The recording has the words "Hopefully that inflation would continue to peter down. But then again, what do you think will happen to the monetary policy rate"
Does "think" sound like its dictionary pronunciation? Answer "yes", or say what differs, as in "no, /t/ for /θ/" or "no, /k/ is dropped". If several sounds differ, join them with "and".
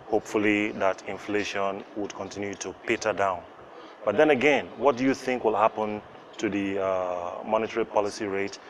yes